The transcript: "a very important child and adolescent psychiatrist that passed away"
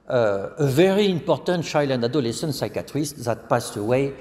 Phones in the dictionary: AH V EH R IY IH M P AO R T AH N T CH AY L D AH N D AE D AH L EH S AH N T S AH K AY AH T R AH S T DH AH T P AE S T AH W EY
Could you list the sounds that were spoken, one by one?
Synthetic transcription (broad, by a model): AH V EH R IY IH M P AO R T AH N T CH AY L AH N D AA D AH L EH S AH N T S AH K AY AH T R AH S T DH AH T P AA S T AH W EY